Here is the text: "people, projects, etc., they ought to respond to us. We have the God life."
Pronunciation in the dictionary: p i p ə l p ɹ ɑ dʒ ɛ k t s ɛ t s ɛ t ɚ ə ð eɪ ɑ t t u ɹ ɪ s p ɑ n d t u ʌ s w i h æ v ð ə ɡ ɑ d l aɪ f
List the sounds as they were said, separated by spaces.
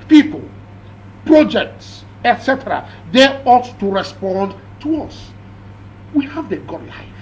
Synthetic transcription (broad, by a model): p i p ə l p ɹ ɑ dʒ ɛ k t s ɛ t s ɛ t ɚ ə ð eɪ ɑ t t u ɹ ɪ s p ɑ n d t u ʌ s w i h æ v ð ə ɡ ɑ d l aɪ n